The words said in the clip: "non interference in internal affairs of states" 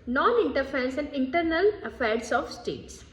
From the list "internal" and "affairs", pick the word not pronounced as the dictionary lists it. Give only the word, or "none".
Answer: affairs